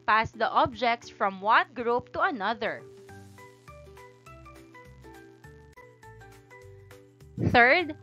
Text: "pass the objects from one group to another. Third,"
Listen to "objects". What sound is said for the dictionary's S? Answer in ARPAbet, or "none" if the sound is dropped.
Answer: S